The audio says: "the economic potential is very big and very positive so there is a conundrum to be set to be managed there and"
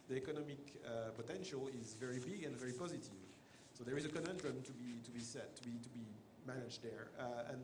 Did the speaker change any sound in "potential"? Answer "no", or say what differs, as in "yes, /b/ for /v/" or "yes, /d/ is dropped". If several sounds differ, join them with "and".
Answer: no